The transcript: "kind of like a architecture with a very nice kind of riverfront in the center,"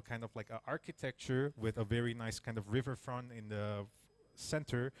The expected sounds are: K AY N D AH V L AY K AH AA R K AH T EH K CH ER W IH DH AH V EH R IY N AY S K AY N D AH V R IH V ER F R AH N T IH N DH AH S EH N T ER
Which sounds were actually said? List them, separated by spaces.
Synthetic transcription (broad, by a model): K AY N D AH V L AY K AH AA R K AH T EH K CH ER W IH DH AH V EH R IY N AY S K AY N D AH V R IH V ER F R AH N T IH N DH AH S EH N T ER